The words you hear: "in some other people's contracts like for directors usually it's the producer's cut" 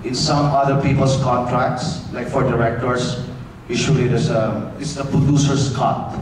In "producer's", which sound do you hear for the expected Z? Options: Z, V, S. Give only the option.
S